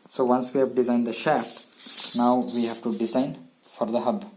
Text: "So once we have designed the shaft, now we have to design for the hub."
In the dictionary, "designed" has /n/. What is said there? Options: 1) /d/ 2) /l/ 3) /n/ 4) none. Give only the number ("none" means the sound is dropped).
3